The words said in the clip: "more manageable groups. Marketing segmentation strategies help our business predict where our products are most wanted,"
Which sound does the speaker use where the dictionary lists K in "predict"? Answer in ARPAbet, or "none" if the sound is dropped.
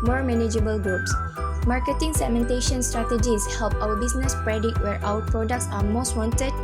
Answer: none